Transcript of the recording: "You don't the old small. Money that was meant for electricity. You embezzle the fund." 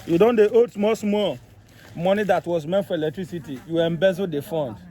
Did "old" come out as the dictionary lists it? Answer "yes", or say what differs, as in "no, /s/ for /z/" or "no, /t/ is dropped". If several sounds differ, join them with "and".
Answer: no, /l/ is dropped